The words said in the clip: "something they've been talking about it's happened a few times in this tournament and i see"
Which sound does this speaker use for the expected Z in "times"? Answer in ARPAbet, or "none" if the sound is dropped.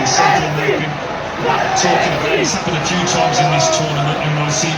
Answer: Z